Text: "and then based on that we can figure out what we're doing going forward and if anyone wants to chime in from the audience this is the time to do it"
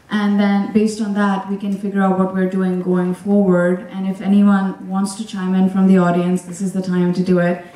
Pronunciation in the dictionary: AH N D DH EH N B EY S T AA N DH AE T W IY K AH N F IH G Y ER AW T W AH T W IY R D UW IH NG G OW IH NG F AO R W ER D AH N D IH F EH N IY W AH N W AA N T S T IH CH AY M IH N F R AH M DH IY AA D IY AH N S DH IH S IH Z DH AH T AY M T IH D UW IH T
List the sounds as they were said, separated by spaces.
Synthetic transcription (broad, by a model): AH N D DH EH N B EY S T N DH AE T W IY K AH N F IH G Y ER AW T W AH T W IY R D UW IH NG G OW IH NG F AO R W ER D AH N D IH F EH N IY W AH N W AA N T S T IH CH AY M IH N F R AH M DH IY AA D IY AH N S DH IH S IH Z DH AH T AY M T IH D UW IH T